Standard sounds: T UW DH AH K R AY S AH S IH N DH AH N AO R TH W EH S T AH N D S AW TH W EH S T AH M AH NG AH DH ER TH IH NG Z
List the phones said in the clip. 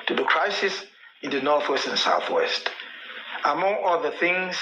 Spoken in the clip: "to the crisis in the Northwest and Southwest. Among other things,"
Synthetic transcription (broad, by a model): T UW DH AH K R AY S AH S IH N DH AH N AO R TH W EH S T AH N S AW TH W EH S T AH M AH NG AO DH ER TH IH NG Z